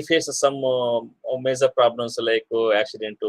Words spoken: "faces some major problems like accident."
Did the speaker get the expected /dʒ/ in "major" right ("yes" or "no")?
no